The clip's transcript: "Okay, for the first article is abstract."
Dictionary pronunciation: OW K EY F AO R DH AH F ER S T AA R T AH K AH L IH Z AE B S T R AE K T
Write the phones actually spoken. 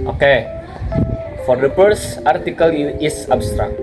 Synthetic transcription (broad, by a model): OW K EY F AO R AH P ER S AA R T AH K AH L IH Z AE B S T R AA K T